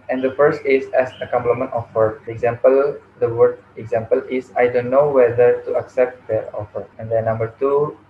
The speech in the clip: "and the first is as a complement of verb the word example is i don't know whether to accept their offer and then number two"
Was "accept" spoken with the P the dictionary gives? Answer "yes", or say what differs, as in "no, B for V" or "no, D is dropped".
yes